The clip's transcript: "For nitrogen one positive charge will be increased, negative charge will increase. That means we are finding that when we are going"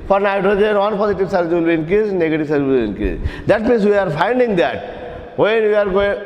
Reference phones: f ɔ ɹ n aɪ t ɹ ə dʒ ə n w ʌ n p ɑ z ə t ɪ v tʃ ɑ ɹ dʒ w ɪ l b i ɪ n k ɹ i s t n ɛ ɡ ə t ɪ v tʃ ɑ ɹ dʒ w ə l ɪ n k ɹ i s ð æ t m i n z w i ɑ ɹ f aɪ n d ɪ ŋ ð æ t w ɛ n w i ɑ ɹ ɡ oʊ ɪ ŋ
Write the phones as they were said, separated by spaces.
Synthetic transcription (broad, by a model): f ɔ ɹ n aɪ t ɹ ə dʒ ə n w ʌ n p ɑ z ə t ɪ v s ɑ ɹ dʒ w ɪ l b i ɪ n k i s n ɛ ɡ ə t ɪ v s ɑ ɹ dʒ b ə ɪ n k i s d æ t m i n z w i ɑ ɹ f aɪ n d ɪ ŋ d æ t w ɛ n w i ɑ ɹ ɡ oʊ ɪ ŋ